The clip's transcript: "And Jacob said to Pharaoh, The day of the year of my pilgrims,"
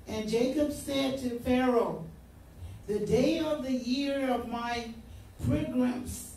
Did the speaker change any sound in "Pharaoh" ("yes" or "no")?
no